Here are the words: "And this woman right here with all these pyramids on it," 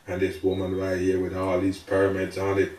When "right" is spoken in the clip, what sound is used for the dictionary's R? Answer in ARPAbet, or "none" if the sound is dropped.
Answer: L